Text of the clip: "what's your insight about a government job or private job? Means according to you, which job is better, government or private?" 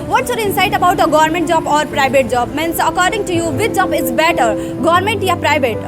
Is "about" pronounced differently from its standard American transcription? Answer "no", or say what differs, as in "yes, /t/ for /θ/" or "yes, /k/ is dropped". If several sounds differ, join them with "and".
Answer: no